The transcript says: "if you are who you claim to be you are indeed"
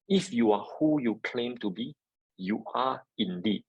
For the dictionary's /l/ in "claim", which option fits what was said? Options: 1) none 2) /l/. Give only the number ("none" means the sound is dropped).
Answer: 2